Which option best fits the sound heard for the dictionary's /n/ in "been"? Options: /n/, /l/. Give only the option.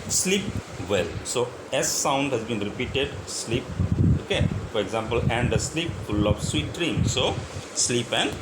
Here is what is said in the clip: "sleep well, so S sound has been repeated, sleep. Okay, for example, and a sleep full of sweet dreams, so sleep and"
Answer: /n/